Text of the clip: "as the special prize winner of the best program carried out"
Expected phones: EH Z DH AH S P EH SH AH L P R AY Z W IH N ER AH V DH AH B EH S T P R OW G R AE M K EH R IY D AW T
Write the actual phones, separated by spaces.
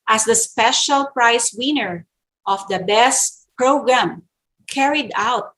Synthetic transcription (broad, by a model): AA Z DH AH S P EH SH AH L P R AY S W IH N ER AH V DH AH B EH S T P R OW G R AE M K EH R IY D AW T